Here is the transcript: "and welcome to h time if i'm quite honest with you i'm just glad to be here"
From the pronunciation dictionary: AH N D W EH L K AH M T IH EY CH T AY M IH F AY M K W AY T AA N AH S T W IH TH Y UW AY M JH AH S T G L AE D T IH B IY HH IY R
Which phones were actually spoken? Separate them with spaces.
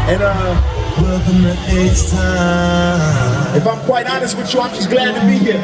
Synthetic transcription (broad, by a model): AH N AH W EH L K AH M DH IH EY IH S IH F AY M K W AY T AA N AH S T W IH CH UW AY M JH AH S G L AE D T IH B IY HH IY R